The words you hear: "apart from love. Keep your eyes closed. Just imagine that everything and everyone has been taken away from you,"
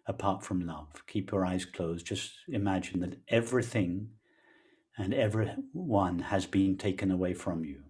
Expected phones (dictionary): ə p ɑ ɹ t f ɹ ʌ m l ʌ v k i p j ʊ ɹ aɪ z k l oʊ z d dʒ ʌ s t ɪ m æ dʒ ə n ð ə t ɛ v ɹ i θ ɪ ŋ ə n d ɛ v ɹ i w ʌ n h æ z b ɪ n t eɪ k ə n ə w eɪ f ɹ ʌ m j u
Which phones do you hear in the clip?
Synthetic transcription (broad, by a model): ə p ɑ ɹ t f ɹ ʌ m l ʌ v k i p j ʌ ɹ aɪ z k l oʊ z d dʒ ʌ s t ɪ m æ dʒ ə n ð ə t ɛ v ɹ i θ ɪ ŋ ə n ɛ v ɹ i w ʌ n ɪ z b ɪ n t eɪ k ə n ə w eɪ f ɹ ʌ m j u